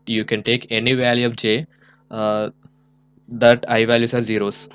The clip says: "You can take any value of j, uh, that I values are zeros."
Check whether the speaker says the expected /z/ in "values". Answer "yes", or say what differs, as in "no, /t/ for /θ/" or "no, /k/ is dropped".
no, /s/ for /z/